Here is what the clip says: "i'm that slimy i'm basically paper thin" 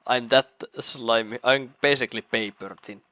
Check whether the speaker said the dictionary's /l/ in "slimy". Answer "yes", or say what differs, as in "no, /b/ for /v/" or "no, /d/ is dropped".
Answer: yes